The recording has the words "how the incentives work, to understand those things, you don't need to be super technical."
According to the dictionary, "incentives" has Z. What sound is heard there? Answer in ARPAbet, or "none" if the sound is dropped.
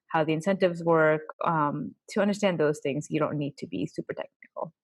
Z